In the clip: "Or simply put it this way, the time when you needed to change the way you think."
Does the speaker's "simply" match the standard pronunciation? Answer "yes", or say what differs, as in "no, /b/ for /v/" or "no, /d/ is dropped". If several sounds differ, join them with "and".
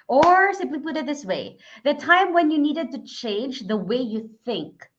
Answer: no, /m/ is dropped